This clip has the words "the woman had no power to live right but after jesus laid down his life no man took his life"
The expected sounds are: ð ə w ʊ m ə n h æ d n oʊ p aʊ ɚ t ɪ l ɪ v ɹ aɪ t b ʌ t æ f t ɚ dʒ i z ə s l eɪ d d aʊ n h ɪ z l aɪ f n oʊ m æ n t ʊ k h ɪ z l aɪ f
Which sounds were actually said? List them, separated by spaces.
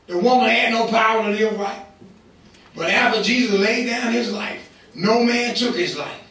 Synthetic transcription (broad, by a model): ð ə w ʊ m ə n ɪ d n oʊ p aʊ ɚ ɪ n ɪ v ɹ aɪ t b ʌ t æ f t ɚ dʒ i z ə s l eɪ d d aʊ n ɪ z l aɪ f n oʊ m æ n t ʊ k h ɪ z l aɪ f